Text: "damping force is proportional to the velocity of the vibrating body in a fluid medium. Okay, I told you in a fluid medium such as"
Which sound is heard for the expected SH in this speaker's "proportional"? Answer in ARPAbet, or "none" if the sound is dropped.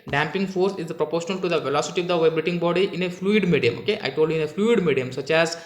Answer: SH